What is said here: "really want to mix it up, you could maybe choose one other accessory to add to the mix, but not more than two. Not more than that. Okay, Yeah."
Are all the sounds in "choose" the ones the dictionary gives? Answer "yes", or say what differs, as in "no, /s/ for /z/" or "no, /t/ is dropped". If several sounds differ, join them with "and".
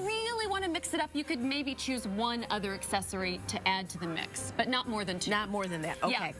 yes